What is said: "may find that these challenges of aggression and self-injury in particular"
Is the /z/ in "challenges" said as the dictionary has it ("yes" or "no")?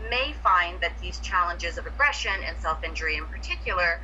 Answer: yes